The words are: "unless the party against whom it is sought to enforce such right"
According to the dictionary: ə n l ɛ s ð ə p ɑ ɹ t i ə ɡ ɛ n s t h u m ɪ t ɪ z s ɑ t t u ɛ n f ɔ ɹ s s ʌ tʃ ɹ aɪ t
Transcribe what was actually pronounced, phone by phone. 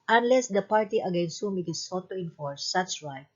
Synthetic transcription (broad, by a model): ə n l ɛ s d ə p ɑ ɹ t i ə ɡ ɛ n s t h u m ɪ t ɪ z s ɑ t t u ɛ n f ɔ ɹ s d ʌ s ɹ aɪ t